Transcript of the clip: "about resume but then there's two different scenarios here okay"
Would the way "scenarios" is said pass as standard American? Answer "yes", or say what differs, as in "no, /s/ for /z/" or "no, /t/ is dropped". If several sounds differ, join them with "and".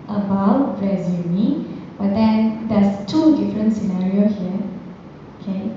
no, /z/ is dropped